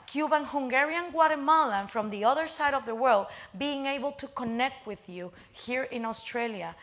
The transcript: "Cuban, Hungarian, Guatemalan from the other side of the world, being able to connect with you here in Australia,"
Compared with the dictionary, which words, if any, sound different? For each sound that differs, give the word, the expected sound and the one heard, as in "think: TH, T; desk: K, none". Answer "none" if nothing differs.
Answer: none